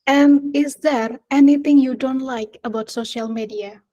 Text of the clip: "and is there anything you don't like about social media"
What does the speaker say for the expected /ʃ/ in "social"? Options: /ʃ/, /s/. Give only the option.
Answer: /ʃ/